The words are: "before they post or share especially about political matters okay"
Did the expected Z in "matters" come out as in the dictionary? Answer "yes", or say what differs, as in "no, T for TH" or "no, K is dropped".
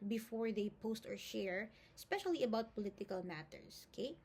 no, S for Z